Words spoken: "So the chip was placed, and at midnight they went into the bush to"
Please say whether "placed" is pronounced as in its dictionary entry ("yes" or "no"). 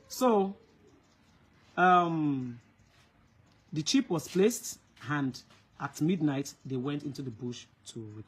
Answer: yes